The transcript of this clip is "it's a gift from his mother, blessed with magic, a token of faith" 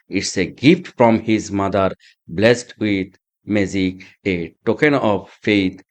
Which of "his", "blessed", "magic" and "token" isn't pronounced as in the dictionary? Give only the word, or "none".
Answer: magic